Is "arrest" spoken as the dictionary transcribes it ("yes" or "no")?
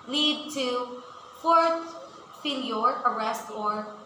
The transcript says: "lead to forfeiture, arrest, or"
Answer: yes